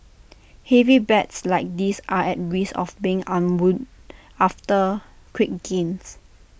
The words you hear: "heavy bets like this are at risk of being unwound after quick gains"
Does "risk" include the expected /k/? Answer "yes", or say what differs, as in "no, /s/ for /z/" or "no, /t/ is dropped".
no, /k/ is dropped